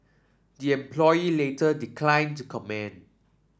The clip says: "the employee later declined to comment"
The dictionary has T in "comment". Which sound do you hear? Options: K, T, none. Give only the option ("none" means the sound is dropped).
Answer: none